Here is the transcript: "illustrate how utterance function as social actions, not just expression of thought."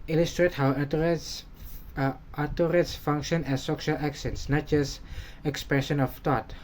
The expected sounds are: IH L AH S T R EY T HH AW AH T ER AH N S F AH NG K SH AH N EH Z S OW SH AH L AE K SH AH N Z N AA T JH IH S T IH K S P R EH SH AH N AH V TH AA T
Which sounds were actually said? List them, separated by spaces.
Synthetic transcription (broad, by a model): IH L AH S T R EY T HH AW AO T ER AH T S F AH NG K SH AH N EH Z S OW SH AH L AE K S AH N S N AA T JH IH S T IH K S P R EH SH AH N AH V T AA T